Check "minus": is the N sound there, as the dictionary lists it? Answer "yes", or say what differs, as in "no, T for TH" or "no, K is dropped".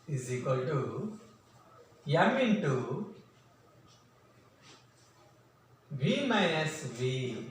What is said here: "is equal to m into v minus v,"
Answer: no, N is dropped